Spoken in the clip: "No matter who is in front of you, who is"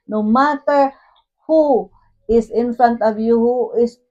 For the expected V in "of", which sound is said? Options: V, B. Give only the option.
B